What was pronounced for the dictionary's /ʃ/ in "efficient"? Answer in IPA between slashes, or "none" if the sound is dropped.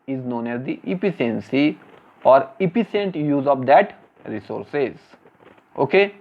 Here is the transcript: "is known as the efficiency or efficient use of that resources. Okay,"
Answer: /s/